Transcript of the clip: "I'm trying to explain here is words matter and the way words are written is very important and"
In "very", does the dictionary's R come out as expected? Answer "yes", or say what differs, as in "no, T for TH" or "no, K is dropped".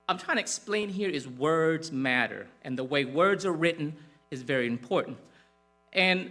yes